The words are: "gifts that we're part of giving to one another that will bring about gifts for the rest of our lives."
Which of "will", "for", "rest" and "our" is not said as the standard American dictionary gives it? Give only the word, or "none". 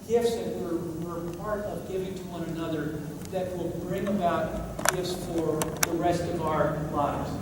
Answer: none